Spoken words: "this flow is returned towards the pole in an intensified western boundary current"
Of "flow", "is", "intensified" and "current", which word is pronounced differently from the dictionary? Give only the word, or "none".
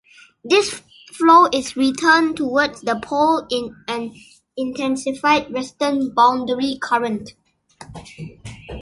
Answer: is